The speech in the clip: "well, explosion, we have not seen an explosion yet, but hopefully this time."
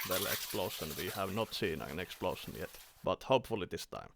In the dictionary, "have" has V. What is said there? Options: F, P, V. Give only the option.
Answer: V